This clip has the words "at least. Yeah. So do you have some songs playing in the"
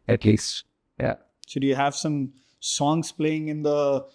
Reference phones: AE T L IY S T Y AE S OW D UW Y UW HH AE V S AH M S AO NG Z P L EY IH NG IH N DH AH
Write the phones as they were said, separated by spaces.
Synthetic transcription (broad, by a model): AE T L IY S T Y AE SH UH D Y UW HH AE V S AH M S AO NG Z P L EY IH NG IH N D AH